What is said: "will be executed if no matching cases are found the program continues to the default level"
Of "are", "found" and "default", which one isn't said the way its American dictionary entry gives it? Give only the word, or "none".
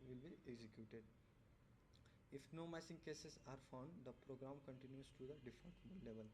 default